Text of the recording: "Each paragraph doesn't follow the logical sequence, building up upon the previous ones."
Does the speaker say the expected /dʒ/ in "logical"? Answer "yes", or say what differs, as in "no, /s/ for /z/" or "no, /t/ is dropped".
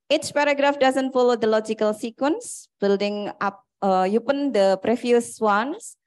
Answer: yes